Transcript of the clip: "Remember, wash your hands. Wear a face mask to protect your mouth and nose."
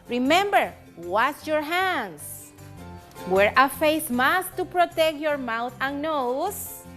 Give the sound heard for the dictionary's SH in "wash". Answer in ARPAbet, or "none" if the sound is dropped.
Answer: S